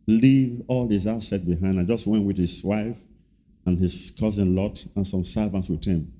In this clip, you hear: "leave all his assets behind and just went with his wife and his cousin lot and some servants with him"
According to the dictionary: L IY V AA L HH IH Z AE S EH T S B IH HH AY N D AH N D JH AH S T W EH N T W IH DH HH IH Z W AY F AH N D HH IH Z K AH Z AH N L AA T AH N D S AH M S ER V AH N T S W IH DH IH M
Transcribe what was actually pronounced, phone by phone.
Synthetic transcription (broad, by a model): L IY V AA L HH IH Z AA S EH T B IH HH AY N D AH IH JH AH S T W EH N T W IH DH HH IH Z W AY F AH N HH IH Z K AH Z AH N L AA T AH N S AH M S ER V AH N T S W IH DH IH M